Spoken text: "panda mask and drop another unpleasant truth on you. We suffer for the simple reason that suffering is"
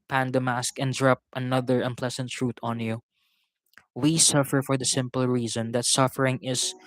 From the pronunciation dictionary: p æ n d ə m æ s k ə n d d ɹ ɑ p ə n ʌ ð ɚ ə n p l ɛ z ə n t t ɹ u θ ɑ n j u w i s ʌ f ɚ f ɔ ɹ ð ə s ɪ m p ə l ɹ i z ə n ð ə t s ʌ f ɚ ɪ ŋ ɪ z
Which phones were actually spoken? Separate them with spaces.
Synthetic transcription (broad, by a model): p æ n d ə m æ s k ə n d d ɹ ɑ p ə n ʌ ð ɚ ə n p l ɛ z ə n t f ɹ u t ɑ n j u w i s ʌ f ɚ f ɔ ɹ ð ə s ɪ m p ə l ɹ i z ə n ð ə t s ʌ f ɚ ɪ ŋ ɪ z